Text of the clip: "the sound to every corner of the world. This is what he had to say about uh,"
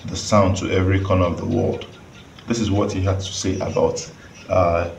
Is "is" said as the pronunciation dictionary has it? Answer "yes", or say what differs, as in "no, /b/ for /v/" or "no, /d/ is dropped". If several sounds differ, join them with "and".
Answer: yes